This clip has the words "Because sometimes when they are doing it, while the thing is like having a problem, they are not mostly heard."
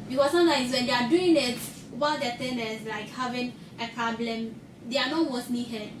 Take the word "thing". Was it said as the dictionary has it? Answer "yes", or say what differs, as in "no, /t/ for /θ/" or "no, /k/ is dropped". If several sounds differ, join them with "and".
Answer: no, /t/ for /θ/